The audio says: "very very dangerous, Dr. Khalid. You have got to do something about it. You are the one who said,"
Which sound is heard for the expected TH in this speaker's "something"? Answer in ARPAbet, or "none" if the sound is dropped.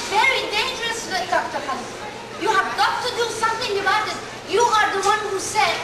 T